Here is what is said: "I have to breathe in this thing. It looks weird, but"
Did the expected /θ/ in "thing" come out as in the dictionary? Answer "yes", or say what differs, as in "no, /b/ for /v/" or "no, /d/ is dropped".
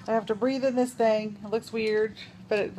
yes